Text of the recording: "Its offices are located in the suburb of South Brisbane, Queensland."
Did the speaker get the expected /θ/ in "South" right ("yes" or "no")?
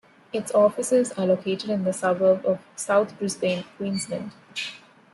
no